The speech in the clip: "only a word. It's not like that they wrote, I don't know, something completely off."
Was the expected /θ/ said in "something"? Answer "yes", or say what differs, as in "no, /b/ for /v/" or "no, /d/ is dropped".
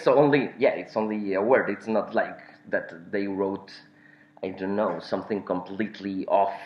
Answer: yes